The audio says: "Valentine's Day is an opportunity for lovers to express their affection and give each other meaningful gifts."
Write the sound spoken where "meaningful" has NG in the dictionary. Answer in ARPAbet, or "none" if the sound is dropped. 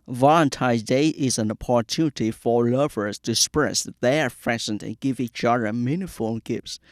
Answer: none